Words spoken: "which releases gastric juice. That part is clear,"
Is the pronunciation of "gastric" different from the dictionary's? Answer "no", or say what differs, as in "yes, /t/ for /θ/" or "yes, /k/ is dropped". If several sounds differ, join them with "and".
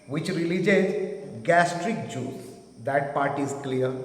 no